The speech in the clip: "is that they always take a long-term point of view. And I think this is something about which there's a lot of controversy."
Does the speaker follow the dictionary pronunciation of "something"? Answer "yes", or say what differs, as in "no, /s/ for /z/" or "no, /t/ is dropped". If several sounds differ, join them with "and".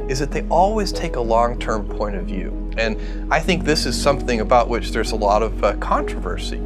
yes